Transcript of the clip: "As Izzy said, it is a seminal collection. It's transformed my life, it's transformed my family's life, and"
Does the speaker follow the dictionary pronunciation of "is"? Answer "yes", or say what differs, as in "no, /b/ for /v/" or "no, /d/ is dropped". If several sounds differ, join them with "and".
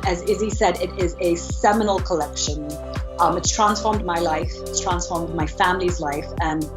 yes